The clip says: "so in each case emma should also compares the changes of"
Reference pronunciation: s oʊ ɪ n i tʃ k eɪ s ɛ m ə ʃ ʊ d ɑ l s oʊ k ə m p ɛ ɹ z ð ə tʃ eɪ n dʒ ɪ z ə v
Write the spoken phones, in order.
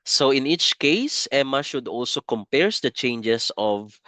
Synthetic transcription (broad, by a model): s oʊ ɪ n i tʃ k eɪ s ɛ m ə ʃ ʊ d ɑ l s oʊ k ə m p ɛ ɹ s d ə tʃ eɪ n dʒ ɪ s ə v